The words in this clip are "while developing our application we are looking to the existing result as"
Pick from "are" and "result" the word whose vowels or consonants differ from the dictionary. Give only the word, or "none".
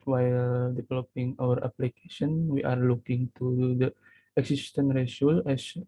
result